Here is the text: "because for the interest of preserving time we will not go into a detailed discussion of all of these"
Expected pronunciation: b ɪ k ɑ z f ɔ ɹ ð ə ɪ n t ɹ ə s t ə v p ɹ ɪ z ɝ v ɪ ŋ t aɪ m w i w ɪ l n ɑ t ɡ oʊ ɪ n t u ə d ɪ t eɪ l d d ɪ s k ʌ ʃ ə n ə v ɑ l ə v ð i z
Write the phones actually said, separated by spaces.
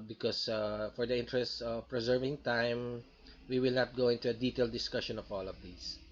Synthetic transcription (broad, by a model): b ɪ k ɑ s f ɔ ɹ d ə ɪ n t ɹ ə s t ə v p ɹ ɪ z ɝ v ɪ ŋ t aɪ m w i w ɪ l n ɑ t ɡ oʊ ɪ n t u ə d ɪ t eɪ l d d ɪ s k ʌ ʃ ə n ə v ɑ l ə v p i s